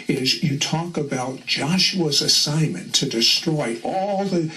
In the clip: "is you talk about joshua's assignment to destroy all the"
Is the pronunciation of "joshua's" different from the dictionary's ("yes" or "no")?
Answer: no